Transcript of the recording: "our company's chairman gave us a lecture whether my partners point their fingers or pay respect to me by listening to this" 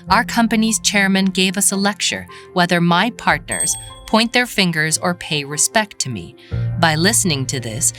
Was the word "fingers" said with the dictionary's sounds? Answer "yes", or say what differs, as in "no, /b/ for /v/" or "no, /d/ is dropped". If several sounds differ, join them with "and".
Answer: yes